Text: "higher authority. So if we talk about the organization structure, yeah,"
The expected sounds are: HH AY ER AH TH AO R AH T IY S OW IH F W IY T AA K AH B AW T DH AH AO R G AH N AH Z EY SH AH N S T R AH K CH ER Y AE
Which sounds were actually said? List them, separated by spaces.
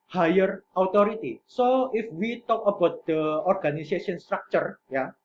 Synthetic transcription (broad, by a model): HH AY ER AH T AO R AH T IY S OW IH F W IY T AA K AH B AW T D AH AO R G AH N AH S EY S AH N S T R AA K CH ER Y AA